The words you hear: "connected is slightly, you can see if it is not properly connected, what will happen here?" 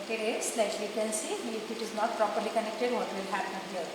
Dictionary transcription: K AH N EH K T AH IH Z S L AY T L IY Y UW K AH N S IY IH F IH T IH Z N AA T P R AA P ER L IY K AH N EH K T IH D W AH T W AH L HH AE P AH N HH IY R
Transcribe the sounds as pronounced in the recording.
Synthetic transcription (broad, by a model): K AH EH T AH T S L AY T L IY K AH L S IY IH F IH T IH Z N AA T P R AA P ER L IY K AH N EH K T IH D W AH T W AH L HH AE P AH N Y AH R